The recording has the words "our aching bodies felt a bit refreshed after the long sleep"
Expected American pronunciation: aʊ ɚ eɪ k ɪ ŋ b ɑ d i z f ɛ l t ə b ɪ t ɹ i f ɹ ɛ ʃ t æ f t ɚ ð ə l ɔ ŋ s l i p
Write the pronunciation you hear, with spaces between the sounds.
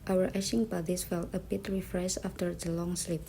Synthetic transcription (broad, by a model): aʊ ɚ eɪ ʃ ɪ ŋ b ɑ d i s f ɛ l t ə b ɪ t ɹ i f ɹ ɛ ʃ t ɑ f t ɚ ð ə l ɔ ŋ s l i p